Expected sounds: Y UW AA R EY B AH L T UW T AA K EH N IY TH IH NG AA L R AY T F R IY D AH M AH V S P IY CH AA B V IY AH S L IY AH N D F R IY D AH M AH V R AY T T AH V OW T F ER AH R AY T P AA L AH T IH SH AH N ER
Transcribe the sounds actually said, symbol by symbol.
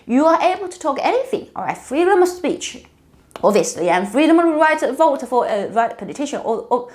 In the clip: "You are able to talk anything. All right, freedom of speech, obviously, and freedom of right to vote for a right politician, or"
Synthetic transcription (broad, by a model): Y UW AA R EY B AH L T UW T AA K EH N IY TH IH NG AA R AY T F R IY D AH M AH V S P IY CH AA B V IY AH S L IY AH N F R IY D AH M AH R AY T T AH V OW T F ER AH R AY T P AA L AH T IH SH AH N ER